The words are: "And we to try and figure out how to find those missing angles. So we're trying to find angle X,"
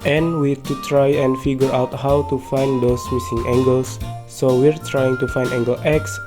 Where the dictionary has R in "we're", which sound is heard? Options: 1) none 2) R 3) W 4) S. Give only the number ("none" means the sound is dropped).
2